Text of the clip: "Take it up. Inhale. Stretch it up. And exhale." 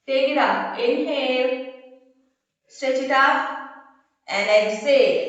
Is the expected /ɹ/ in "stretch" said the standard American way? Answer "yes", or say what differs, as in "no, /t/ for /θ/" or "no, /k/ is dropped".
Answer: no, /ɹ/ is dropped